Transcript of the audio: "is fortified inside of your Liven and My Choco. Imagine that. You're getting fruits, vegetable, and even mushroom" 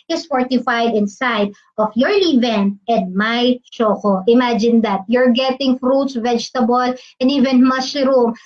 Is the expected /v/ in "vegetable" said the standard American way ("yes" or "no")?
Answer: yes